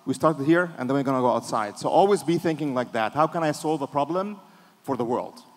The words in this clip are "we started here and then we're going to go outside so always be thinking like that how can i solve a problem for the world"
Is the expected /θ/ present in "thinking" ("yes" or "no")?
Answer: yes